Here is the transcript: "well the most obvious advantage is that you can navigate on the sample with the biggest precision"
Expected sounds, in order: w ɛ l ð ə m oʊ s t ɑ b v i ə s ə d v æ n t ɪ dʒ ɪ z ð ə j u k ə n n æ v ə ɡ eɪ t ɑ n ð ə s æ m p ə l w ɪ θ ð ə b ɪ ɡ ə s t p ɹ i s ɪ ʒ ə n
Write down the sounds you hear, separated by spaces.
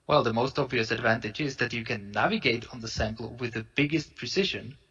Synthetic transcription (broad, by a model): w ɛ l ð ə m oʊ s t ɑ b v i ə s ə d v æ n t ɪ dʒ ɪ z ð ə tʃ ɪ k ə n n æ v ə ɡ eɪ t n ð ə s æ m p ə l w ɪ ð ə b ɪ ɡ ə s t p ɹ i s ɪ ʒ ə n